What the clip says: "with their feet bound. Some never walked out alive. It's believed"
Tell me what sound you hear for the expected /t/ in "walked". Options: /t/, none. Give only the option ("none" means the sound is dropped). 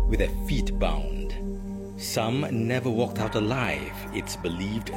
/t/